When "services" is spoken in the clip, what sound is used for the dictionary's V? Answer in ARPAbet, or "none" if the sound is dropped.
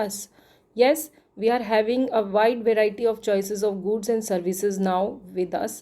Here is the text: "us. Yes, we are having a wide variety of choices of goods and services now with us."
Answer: V